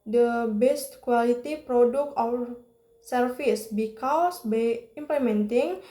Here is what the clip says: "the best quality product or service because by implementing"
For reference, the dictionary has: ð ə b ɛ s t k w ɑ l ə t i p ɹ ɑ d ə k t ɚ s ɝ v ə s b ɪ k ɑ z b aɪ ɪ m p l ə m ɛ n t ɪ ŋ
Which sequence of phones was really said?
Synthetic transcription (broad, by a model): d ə b ɛ s t k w ɑ l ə t i p ɹ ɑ d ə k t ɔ s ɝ f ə s b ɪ k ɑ s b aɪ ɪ m p l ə m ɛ n t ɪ ŋ